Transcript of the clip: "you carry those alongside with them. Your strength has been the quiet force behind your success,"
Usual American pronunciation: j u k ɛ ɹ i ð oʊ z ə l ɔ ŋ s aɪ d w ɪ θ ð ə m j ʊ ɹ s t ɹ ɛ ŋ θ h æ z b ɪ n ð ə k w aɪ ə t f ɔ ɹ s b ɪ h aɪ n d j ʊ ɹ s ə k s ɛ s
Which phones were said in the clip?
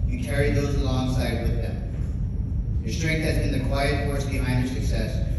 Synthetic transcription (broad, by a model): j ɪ k ɛ ɹ i ð oʊ z ə l ɔ ŋ s aɪ d w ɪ ð ə m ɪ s t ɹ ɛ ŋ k h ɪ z b ɪ n ð ə k w aɪ ə t f ɔ ɹ s b ɪ h aɪ n d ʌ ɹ s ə k s ɛ s